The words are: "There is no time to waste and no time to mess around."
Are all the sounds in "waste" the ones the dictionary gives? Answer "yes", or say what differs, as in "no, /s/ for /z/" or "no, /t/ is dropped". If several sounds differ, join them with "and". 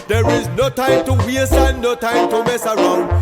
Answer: no, /t/ is dropped